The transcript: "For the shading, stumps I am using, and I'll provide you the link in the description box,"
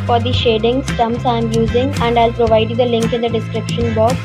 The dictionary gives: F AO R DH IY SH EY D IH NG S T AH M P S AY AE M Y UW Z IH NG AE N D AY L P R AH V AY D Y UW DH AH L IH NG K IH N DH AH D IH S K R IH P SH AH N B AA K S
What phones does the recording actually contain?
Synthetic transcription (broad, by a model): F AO R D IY SH EY D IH NG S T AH M S AY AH M Y UW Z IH NG AE N D AY L P R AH V AY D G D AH L IH NG K IH N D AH D IH S K R IH P SH AH N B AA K